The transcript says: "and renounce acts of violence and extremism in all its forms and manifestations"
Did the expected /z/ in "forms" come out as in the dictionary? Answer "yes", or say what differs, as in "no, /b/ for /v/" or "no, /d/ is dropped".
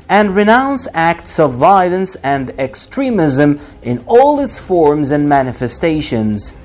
yes